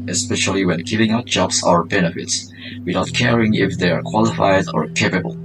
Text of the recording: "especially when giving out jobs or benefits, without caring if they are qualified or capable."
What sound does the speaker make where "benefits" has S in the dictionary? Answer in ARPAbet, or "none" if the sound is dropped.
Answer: S